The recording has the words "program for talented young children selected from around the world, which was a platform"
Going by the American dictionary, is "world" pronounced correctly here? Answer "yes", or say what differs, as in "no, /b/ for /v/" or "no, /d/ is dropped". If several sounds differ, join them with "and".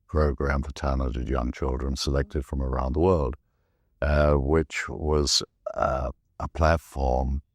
yes